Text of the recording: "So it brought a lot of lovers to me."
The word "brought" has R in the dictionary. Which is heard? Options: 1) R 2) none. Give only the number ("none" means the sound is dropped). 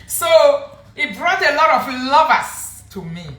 1